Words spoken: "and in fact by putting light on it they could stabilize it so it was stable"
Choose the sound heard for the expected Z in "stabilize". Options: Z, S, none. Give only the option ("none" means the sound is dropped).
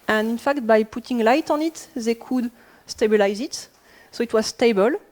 Z